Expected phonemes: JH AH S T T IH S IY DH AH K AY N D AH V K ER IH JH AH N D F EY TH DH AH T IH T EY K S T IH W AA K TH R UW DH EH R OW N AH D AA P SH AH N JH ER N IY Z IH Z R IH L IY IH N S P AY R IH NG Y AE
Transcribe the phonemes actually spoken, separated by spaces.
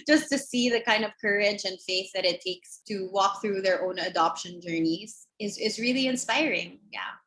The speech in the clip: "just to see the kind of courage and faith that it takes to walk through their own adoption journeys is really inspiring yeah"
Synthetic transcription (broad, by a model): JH AH S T T IH S IY DH AH K AY N D AH V K ER IH JH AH N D F EY TH DH AH T IH T EY K S T IH W AA K TH R UW DH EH R OW N AH D AA P SH AH N JH ER N IY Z IH Z R IH L IY IH N S P AY R IH NG Y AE